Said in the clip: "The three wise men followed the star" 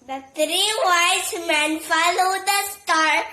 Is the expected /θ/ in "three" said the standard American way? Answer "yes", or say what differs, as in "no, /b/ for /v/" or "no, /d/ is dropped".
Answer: no, /t/ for /θ/